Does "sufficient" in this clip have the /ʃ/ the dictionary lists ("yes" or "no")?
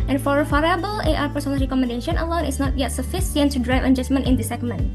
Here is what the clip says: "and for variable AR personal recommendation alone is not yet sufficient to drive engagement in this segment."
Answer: no